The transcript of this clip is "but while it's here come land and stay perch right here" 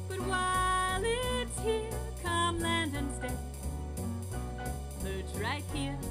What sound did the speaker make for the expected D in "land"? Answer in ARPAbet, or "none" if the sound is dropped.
D